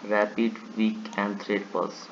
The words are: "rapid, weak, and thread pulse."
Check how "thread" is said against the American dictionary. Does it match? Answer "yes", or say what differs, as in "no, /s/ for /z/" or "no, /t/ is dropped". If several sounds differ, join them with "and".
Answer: no, /t/ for /θ/